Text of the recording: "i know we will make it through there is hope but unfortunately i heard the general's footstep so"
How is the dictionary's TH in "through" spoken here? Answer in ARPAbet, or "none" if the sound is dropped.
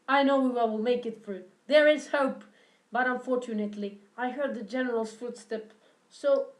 F